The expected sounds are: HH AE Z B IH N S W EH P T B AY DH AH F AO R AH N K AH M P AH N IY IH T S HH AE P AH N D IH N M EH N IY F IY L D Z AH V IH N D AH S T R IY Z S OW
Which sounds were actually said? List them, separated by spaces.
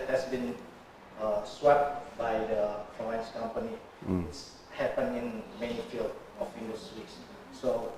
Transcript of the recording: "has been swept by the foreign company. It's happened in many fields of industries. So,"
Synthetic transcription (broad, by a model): HH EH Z B IH N S W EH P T B AY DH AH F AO AH N K AH M P AH N IY IH T S HH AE P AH N IH N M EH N F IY L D AH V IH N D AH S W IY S S OW